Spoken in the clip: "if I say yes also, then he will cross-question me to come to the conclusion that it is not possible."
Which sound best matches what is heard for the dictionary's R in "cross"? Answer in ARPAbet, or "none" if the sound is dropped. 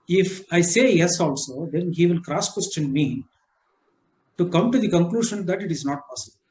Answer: R